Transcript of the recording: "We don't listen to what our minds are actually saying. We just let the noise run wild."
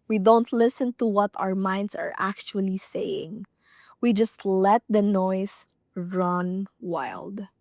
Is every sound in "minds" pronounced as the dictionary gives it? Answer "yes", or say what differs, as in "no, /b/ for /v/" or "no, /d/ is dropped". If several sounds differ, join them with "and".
no, /s/ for /z/